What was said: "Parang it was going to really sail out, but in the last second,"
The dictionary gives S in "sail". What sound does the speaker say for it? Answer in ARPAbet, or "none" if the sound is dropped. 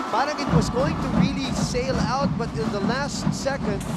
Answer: S